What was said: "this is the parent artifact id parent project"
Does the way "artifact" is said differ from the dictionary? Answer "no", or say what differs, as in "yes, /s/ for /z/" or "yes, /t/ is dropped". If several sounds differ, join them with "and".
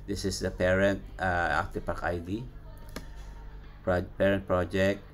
yes, /p/ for /f/